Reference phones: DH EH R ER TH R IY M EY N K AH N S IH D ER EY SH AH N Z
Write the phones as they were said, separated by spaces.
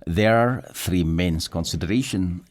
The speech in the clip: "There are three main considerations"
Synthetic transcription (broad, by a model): DH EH R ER TH R IY M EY N K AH N S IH D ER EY SH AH N